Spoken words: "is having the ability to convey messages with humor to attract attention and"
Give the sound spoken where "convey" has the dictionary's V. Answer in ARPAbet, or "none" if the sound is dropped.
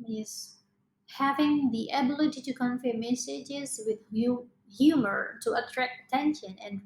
F